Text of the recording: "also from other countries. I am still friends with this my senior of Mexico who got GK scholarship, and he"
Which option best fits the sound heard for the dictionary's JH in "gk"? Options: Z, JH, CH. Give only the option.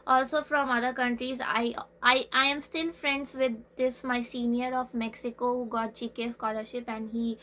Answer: CH